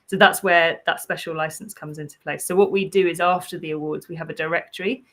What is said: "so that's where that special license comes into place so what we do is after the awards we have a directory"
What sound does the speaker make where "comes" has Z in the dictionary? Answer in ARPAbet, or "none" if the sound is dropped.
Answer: Z